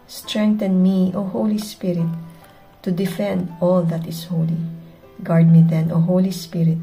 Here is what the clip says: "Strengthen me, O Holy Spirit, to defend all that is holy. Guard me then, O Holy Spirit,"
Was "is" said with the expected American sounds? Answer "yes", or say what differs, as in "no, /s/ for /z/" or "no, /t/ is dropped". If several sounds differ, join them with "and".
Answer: no, /s/ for /z/